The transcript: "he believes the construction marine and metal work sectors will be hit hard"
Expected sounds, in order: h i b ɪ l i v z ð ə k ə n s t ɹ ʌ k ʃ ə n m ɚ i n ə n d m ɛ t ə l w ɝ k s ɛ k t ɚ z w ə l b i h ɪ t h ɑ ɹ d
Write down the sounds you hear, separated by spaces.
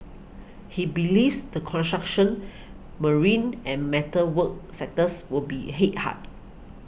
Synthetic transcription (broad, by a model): h i b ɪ l i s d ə k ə n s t ɹ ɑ k ʃ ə n m ɚ i n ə n m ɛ t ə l w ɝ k s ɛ t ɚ s w ə l b i h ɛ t h ɑ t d